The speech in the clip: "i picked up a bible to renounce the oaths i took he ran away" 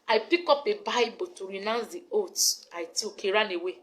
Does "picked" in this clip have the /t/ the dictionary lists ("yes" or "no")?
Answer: no